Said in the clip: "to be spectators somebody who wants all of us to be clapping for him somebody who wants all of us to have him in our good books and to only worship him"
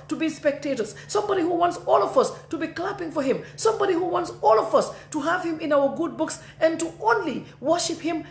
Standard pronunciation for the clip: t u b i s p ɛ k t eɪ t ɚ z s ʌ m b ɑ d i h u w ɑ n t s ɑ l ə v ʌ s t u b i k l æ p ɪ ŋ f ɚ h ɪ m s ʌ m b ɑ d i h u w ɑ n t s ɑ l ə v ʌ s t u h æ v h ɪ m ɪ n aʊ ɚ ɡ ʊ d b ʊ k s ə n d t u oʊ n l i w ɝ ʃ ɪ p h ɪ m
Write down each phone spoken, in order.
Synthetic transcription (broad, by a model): t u b i s p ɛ k t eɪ t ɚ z s ʌ m b ɑ d i h u w ɑ n t s ɑ l ə v ʌ s t u b i k l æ p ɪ ŋ f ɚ h ɪ m s ʌ m b ɑ d i h u w ɑ n t s ɑ l ə v ʌ s t u h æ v h ɪ m ɪ n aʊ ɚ ɡ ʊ d b ʊ k s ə n t u oʊ n l i w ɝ ʃ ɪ p h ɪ m